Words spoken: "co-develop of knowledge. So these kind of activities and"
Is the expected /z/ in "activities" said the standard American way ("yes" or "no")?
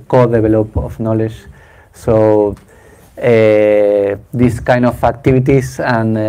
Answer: no